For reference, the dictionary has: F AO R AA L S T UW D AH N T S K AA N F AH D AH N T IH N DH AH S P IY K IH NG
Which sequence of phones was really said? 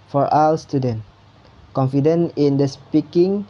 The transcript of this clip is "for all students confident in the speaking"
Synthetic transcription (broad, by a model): F AO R AA L S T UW D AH N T K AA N F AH D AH N IH N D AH S P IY K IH NG